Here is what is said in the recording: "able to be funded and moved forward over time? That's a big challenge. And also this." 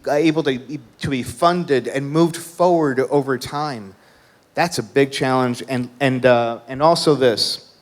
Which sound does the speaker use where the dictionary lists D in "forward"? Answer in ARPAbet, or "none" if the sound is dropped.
D